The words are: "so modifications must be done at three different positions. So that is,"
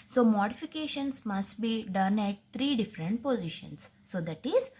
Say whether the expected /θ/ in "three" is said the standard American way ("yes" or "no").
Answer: no